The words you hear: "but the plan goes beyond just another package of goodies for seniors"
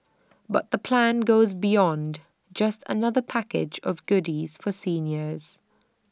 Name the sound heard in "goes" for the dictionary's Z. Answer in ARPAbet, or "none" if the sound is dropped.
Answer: Z